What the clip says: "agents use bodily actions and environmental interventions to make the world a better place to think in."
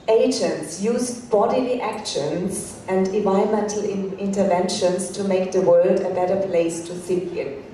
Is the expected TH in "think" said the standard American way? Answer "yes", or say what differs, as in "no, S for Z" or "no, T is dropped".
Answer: no, S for TH